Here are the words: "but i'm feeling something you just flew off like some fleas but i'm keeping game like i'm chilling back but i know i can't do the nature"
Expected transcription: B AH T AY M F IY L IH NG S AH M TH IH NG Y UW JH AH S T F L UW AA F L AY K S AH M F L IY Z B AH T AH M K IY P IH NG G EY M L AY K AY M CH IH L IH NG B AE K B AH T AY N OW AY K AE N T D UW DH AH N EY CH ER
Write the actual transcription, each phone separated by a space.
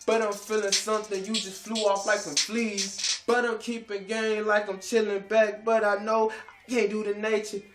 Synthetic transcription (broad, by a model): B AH T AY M F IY L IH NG S AH M TH IH NG Y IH JH AH S T F L UW AA F L AY K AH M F L IY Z B AH T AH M K IY P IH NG G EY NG L AY K AY M CH IH L IH NG B AE K B AH T AY N OW AY K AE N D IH DH AH N EY CH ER